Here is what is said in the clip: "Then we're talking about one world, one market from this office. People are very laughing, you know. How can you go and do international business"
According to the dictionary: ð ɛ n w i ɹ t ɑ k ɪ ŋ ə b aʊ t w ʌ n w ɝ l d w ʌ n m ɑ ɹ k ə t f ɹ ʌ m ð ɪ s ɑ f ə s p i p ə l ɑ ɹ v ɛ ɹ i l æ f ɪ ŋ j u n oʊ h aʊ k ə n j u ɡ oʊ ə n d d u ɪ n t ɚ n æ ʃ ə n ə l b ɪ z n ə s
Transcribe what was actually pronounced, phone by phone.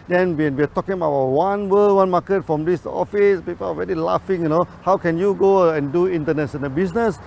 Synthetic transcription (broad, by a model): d ɛ n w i w t ɑ k ɪ ŋ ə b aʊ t w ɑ n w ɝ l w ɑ n m ɑ k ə t f ɹ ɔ m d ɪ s ɑ f ə s p i p ə l ɑ ɹ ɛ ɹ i l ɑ f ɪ ŋ j u n oʊ h aʊ k ə n j u ɡ oʊ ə n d d u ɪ n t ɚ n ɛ s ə n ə b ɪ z n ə s